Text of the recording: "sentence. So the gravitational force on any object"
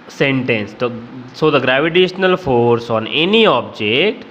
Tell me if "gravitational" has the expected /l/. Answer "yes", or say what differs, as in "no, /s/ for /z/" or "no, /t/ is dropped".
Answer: yes